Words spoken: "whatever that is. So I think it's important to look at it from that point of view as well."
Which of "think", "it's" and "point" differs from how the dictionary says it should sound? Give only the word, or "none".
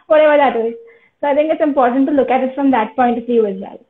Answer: think